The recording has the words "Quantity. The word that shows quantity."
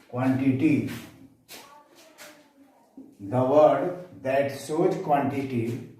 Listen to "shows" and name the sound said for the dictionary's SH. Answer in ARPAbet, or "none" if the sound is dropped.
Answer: S